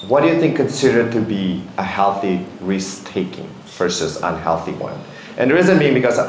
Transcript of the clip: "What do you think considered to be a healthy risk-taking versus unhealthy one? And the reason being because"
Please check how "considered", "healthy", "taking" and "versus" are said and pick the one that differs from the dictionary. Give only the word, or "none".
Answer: versus